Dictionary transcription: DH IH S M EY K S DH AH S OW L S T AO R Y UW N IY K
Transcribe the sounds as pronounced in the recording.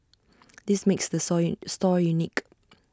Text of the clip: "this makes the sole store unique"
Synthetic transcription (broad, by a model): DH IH S M EY K S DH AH S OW S T AO R Y UW N IY K